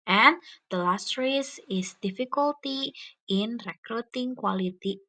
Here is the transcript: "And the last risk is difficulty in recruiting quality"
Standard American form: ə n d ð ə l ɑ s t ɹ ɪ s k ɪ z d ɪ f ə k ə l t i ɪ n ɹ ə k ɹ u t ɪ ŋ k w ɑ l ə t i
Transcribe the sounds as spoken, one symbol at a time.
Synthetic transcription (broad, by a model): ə n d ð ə l ɑ s t ɹ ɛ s ɪ s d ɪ f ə k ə l t i ɪ n ɹ ə k ɹ u t ɪ ŋ k w ɑ l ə t i